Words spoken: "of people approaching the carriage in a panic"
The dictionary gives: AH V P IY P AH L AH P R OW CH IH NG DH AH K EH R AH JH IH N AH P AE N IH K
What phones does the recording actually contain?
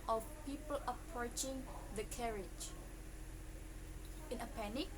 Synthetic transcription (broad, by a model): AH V P IY P AH L AH P R OW CH IH NG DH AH K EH R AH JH IH N AH P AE N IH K